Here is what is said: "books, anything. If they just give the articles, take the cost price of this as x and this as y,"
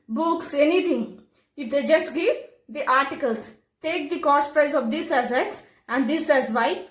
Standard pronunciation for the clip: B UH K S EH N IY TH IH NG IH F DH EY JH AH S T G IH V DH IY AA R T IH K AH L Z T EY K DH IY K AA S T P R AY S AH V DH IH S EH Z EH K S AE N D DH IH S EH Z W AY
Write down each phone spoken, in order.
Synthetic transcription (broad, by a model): B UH K S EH N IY T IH NG IH F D EY JH AH S T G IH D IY AA R T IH K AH L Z T EY K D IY K AA S T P R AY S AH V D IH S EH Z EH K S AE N D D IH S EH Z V AY